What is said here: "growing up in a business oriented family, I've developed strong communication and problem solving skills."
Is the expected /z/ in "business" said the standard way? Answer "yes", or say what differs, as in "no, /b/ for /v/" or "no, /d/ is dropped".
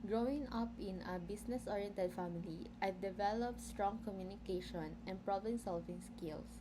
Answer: no, /s/ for /z/